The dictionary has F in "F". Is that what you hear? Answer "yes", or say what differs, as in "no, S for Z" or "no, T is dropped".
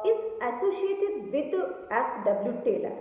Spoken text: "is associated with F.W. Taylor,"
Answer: no, P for F